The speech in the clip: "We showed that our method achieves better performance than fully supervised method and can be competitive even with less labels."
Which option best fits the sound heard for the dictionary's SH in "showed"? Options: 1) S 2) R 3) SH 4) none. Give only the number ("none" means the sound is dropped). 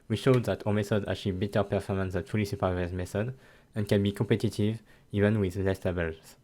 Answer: 3